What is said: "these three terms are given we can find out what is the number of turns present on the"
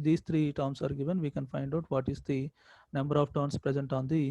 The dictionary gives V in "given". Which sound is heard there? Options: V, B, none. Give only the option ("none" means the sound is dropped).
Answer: V